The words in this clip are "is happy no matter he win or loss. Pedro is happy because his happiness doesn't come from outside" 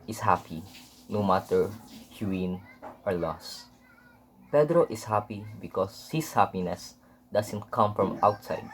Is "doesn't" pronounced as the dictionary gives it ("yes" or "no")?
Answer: no